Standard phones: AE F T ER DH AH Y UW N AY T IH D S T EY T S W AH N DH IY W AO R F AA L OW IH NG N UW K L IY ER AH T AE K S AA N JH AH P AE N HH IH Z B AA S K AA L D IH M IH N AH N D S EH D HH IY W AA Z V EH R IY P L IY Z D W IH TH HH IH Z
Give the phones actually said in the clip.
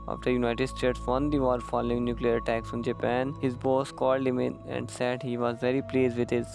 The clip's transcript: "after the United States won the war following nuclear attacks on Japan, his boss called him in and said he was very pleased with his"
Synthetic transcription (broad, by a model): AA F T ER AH Y UW N AY T IH D S T EY T S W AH N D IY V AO R F AA L OW IH NG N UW K L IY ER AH T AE K S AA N JH AH P AE N HH IH Z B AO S K AA L D IH M IH N AH N D S EH D HH IY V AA Z V EH R IY P L IY Z D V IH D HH IH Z